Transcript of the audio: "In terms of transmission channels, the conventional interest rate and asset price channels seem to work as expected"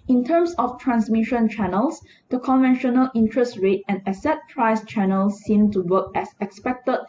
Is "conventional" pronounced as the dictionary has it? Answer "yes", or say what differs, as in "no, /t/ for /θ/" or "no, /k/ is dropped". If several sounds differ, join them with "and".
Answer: yes